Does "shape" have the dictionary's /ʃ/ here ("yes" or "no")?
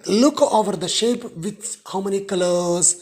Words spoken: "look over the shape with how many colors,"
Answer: yes